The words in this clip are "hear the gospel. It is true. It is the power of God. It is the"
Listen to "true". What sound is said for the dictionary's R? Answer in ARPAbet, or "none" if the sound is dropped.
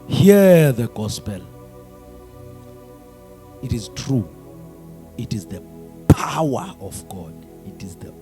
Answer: R